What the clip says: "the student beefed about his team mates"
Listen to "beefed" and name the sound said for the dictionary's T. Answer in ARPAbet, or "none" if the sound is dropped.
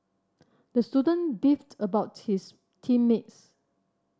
T